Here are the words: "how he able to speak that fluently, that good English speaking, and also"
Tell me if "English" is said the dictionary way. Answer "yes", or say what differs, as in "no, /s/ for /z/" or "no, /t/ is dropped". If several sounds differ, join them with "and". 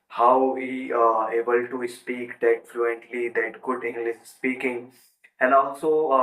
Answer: no, /s/ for /ʃ/